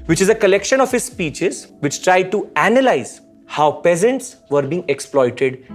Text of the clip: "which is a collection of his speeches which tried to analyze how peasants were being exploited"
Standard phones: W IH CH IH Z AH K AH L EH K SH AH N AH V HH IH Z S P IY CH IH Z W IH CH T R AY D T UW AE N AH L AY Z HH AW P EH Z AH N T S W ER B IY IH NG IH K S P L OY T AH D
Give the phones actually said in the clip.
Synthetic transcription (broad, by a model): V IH CH IH Z AH K AH L EH K SH AH N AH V HH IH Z S P IY CH IH Z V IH CH T R AY D T UW AE N AH L AY Z HH AW P EH Z AH N T S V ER B IY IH NG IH K S P L OY T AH D